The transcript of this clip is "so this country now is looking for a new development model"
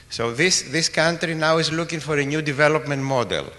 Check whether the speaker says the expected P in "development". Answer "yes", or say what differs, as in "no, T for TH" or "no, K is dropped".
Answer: yes